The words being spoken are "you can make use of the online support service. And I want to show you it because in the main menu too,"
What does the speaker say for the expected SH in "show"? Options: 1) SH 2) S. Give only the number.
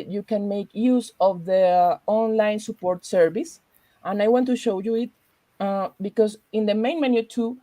1